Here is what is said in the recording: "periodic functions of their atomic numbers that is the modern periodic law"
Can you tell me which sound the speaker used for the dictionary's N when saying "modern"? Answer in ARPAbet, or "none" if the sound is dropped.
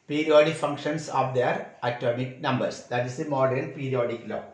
L